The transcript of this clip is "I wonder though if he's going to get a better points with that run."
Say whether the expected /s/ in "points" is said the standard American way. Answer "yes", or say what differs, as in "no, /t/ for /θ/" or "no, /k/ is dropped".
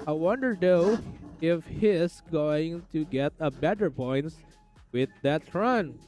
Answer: no, /s/ is dropped